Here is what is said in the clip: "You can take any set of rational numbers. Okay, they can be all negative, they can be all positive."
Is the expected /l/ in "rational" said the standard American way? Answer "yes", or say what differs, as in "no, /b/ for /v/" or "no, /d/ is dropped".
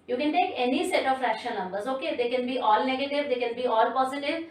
no, /n/ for /l/